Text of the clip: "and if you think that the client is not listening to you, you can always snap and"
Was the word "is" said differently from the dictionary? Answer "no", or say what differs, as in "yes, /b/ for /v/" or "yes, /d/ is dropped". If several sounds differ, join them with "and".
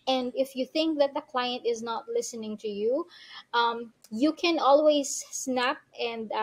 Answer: no